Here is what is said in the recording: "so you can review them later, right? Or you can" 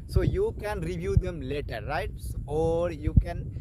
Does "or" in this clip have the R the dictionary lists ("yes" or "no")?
yes